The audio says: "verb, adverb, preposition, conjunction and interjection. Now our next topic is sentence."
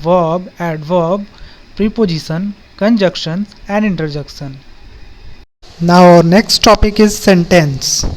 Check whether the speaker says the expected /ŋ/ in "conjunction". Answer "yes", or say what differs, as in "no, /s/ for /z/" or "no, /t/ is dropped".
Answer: no, /ŋ/ is dropped